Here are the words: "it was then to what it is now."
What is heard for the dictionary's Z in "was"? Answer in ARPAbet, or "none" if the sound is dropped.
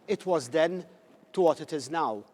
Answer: Z